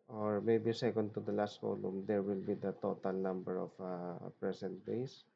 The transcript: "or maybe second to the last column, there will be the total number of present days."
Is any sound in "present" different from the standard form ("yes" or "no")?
yes